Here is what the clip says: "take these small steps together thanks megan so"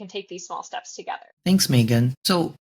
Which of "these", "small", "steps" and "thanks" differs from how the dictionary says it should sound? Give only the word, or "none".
none